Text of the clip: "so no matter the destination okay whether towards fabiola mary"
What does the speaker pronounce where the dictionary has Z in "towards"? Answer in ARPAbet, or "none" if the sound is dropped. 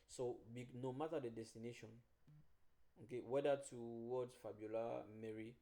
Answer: none